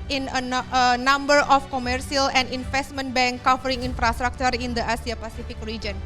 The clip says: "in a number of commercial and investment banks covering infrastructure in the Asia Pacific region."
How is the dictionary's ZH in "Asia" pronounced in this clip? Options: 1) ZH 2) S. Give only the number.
2